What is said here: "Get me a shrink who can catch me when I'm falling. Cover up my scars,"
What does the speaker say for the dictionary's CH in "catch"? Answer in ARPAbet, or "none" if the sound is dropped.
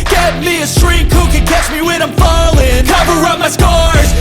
CH